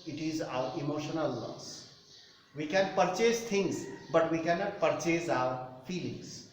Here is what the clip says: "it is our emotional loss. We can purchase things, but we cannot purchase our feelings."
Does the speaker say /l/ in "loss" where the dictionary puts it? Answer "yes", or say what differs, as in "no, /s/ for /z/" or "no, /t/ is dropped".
no, /n/ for /l/